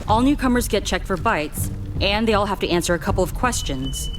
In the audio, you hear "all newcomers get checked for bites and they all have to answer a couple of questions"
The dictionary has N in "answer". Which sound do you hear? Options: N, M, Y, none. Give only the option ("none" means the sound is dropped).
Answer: N